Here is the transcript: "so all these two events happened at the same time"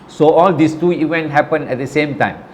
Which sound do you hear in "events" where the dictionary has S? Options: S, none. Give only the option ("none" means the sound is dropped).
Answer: none